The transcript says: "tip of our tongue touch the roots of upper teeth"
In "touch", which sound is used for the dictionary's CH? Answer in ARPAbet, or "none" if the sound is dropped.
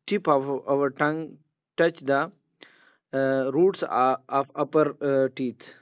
CH